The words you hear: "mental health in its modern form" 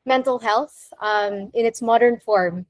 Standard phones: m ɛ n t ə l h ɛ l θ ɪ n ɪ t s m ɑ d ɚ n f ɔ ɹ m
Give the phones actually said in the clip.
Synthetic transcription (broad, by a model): m ɛ n t l h ɛ l θ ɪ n ɪ t s m ɑ d ɚ n f ɔ ɹ m